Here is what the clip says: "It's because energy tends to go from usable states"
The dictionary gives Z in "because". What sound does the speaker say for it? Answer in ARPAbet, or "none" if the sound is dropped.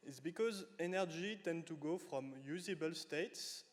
Z